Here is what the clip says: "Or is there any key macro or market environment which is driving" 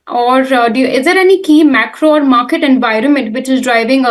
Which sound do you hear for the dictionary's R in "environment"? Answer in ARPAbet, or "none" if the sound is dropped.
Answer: R